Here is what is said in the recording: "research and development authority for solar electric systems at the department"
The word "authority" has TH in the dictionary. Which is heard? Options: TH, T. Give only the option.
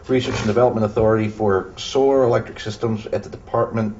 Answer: TH